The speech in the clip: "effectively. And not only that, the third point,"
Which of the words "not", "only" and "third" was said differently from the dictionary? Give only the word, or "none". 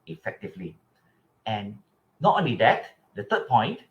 third